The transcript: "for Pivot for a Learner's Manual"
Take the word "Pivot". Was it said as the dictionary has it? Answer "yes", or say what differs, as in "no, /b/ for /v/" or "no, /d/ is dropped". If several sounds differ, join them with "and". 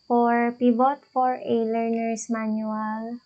no, /b/ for /v/